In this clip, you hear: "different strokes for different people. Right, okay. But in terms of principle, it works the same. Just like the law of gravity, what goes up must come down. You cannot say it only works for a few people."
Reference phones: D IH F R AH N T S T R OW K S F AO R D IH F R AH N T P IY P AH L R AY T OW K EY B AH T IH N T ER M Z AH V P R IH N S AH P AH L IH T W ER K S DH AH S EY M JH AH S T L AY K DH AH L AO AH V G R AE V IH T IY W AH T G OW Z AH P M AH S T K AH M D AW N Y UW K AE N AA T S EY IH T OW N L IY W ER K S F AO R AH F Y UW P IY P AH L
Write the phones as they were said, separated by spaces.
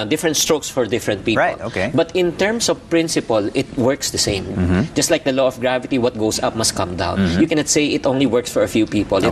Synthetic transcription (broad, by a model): D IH F R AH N T S T R OW K S F AO R D IH F R AH N T P IY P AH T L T OW K EY B AH T IH N T ER M S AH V P R IH N S AH P AH L IH T W ER K S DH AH S EY M JH AH S T L AY K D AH L AO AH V G R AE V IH T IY W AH T G OW S AH P M AH S T K AH M D AW N Y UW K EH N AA T S EY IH T OW N L IY W ER K S F AO R AH F Y UW P IY P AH L